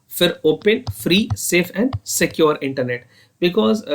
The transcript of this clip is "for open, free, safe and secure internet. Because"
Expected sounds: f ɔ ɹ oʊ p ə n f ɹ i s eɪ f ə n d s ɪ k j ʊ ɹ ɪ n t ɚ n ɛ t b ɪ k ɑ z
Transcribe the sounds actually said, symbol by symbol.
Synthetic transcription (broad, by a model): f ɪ ɹ oʊ p ə n f ɹ i s eɪ f ə n d s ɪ k j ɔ ɹ ɪ n t ɚ n ɛ t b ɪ k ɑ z